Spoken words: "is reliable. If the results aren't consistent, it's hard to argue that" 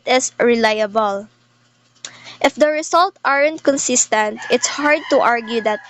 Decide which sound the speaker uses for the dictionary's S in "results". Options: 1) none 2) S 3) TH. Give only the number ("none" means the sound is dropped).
1